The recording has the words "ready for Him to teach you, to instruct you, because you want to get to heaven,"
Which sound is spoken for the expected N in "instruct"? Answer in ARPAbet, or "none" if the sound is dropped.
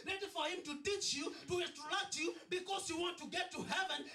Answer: none